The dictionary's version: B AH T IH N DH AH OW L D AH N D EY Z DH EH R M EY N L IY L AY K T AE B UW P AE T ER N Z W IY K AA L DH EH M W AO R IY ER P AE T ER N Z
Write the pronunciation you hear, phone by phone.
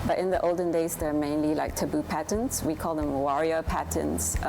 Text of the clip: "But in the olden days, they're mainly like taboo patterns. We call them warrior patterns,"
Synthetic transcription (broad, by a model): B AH T IH N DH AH OW L D AH N D EY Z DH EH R M EY N L IY L AY K T AE B UW P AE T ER N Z W IY K AA L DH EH M W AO R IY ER P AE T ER N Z